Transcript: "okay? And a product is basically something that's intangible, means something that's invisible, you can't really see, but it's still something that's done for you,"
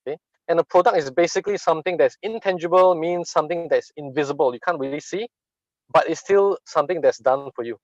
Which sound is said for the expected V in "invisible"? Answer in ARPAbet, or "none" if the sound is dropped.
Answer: V